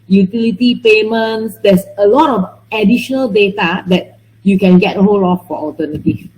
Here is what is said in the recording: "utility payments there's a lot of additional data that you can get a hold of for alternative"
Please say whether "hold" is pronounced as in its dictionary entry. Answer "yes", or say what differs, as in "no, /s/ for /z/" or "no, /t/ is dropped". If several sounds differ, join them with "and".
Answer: no, /d/ is dropped